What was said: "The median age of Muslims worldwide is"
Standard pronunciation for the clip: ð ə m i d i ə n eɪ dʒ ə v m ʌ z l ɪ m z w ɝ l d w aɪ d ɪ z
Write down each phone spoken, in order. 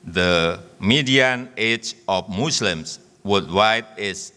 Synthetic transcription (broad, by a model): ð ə m i d i ə n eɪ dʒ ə f m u s l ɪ m s w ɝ d w aɪ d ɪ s